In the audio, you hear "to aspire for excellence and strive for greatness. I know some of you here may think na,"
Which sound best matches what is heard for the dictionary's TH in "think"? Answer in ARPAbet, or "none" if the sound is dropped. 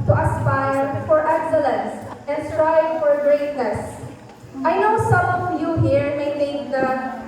T